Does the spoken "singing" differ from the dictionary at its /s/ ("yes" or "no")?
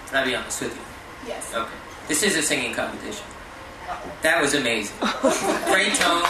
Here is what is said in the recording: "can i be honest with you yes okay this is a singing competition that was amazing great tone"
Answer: no